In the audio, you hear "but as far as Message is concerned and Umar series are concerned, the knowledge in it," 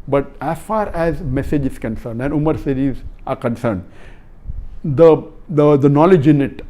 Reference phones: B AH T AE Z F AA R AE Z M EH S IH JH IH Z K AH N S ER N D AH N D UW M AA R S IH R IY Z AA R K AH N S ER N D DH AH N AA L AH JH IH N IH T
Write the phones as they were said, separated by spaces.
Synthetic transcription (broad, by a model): B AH T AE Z F AA R AE Z M EH S IH JH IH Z K AH N S ER N D AH N D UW M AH R S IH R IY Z AA R K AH N S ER N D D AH N AA L AH JH IH N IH T